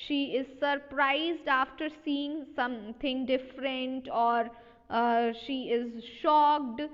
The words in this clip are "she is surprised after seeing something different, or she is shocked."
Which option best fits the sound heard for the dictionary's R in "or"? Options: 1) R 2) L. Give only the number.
1